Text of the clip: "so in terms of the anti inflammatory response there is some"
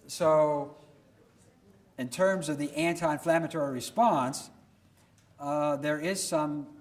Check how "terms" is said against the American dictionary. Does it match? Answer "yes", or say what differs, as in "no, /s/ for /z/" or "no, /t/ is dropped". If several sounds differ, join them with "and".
yes